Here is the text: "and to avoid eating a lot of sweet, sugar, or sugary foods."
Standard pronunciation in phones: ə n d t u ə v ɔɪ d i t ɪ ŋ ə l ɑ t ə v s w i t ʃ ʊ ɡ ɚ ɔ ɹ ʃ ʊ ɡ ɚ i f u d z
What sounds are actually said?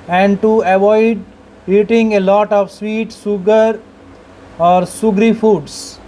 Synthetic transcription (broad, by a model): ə n d t u ə v ɔɪ d i t ɪ ŋ ə l ɑ t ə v s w i t s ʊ ɡ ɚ ɔ ɹ s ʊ ɡ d i f u d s